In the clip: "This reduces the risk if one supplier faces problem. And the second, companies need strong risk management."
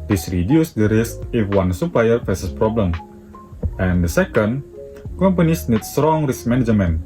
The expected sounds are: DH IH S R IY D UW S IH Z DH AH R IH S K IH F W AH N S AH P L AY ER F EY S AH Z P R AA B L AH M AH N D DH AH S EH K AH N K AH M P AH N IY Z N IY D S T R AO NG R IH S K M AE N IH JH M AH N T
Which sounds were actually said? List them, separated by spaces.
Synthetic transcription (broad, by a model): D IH S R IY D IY IH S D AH R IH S IH F W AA N S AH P AY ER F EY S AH S P R AA B L AH M AH N D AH S EH K AH N K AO M P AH N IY S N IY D S T R AO NG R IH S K M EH N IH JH M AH N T